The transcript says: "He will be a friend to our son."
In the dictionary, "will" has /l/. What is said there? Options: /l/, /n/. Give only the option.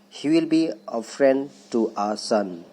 /l/